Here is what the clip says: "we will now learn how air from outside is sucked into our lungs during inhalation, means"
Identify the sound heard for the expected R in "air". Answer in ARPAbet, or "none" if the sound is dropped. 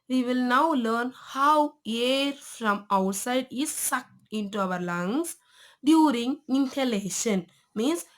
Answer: R